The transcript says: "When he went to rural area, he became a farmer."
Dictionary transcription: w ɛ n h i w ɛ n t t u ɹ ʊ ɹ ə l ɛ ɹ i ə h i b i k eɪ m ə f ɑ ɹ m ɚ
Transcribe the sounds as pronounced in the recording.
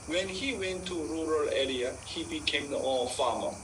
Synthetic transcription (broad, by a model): w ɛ n h i w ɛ n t t u ɹ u ɹ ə l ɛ l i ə h i b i k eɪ m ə f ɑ m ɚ